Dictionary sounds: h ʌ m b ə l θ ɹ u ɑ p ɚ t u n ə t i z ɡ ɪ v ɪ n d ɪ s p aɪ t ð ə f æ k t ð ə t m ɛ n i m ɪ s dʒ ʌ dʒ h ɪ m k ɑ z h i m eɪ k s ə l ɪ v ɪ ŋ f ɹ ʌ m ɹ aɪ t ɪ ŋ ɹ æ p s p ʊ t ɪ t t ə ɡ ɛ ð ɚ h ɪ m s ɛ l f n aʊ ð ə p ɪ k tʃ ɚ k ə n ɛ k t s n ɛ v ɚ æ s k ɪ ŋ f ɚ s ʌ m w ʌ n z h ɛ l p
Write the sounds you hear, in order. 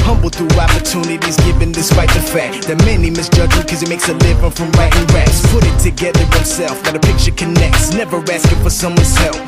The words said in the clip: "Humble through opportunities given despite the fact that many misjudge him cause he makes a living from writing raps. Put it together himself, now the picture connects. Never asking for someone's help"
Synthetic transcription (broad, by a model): h ʌ m b l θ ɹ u ɑ p ɚ t u n ə t i z ɡ ɪ v ɪ n d ɪ s p aɪ t ð ə f æ k t ð ə t m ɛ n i m ɪ s dʒ ʌ dʒ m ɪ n k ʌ z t m eɪ k s ə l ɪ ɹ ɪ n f ɹ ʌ m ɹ aɪ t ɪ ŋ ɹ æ s p ʊ t ɪ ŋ t ə ɡ ɛ ð ɚ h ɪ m s ɛ l f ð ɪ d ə p ɪ k tʃ ɚ k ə n ɛ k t s n ɛ v ɚ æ s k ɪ f ɚ s ʌ m w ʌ n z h ɛ l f